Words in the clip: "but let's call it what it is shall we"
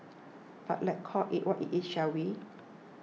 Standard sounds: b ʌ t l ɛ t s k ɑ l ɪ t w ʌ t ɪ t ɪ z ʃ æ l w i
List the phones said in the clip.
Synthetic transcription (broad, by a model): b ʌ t l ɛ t k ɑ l ɪ t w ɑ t ɪ t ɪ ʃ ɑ w i